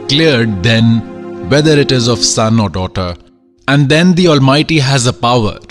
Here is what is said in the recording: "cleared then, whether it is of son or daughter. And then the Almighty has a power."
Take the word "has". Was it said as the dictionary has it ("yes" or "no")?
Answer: yes